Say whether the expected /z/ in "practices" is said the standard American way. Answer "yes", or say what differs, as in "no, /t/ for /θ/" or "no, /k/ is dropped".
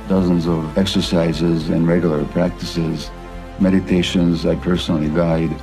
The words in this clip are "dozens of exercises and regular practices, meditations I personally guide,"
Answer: yes